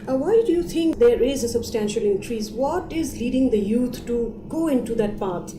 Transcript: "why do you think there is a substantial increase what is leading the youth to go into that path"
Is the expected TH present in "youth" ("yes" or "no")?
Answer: no